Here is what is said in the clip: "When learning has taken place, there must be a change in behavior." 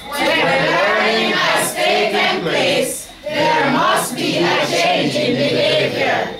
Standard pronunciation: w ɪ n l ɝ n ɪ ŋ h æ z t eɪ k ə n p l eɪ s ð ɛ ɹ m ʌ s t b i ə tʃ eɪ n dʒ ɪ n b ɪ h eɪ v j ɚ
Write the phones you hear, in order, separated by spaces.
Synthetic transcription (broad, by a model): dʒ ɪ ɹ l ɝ ɪ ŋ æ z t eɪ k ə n p l eɪ s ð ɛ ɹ m ʌ s t b i ə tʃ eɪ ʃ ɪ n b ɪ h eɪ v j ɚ